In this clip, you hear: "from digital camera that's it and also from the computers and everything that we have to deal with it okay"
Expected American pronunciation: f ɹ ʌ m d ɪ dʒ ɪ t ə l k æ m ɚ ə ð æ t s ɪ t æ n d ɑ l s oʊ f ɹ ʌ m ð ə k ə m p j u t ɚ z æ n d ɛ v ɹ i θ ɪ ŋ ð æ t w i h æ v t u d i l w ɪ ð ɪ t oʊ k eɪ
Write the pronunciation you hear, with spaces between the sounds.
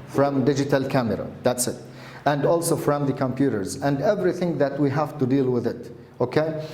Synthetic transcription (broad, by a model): f ɹ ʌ m d ɪ dʒ ɪ t ə l k æ m ɚ ə ð æ t s ɪ t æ n d ɑ l s oʊ f ɹ ʌ m ð ə k ə m p j u t ɚ z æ n d ɛ v ɹ i θ ɪ ŋ ð æ t w i h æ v t u d i l w ɪ ð ɪ t oʊ k eɪ